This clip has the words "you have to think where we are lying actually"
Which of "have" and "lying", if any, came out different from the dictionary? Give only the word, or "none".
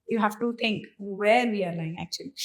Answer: have